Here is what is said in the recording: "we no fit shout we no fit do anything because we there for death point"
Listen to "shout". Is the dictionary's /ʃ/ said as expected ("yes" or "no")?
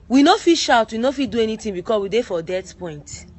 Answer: yes